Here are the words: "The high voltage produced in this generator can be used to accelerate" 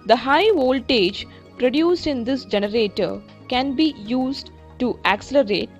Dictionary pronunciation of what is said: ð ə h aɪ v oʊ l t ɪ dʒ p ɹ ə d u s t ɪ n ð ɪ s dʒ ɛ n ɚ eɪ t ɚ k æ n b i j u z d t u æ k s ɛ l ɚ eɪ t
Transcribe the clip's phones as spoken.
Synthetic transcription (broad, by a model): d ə h aɪ v oʊ l t ɪ dʒ p ɹ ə d u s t ɪ n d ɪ s dʒ ɛ n ɚ eɪ t ɚ k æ n b i j u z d t u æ k s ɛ l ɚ eɪ t